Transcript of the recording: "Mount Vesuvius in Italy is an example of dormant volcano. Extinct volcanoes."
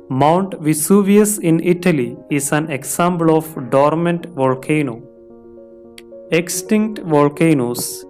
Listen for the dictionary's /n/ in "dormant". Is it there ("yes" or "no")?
yes